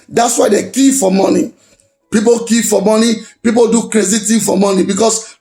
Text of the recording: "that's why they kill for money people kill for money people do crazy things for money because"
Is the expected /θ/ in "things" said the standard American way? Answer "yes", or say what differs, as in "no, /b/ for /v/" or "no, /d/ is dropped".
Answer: no, /t/ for /θ/